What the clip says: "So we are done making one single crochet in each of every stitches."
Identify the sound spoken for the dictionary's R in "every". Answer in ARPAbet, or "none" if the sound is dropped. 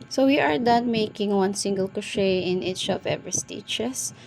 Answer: none